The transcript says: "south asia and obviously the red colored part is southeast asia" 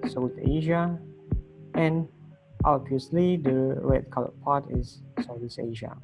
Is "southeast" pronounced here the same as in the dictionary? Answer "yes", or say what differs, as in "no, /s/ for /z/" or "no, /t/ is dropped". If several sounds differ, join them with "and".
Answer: no, /t/ is dropped